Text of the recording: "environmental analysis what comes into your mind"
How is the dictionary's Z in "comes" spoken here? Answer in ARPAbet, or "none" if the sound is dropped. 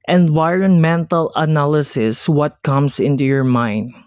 S